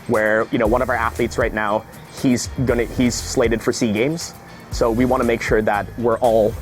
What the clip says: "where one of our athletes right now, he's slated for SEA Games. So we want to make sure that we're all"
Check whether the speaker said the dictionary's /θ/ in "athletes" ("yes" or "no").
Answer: yes